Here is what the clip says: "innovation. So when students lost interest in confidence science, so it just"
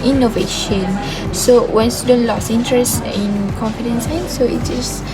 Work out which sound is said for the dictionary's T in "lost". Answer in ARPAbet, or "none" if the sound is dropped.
none